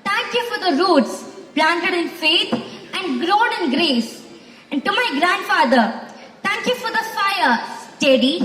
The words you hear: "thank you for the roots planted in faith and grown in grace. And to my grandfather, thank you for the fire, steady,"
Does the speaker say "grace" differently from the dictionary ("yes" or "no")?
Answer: no